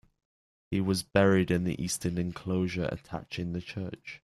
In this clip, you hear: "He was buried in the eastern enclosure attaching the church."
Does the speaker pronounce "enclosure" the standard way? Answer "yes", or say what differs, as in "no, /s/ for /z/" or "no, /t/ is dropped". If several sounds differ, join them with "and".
yes